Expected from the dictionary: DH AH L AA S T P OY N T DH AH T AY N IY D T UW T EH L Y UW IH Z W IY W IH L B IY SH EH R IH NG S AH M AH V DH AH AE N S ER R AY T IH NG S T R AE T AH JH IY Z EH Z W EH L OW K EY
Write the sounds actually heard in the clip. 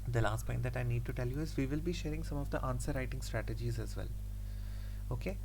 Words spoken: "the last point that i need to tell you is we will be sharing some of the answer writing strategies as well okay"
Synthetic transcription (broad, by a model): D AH L AA S T P OY N T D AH T AY N IY D T UW T EH L Y UW IH Z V IY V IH L B IY SH EH R IH NG S AH M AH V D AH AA N S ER R AY T IH NG S T R AE T AH JH IY Z EH Z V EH L OW K EY